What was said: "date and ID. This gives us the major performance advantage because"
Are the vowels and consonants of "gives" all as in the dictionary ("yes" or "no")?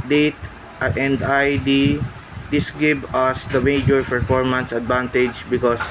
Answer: no